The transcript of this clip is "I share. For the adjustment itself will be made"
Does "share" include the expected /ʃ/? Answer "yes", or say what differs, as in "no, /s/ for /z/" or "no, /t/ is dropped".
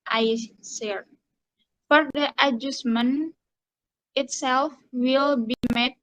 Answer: no, /s/ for /ʃ/